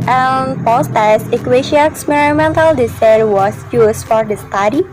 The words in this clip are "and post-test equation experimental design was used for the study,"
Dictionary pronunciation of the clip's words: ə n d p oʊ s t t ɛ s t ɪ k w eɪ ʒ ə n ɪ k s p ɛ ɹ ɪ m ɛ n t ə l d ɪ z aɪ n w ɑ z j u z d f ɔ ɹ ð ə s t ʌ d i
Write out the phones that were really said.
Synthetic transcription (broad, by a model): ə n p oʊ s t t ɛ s ɪ k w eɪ ʃ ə ɪ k s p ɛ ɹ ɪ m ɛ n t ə l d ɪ s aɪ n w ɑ s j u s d f ɔ ɹ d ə s t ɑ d i